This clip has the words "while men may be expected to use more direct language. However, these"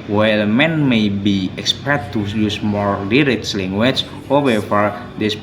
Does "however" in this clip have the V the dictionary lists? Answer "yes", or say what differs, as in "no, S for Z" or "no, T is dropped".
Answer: no, F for V